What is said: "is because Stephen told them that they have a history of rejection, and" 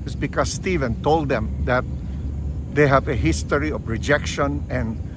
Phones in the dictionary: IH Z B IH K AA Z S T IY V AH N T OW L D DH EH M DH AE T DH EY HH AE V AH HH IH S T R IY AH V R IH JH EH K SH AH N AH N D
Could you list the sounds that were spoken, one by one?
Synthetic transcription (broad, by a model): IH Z B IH K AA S S T IY V AH N T OW L D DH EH M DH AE T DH EY HH AE V AH HH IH S T R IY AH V R IH JH EH K SH AH N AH N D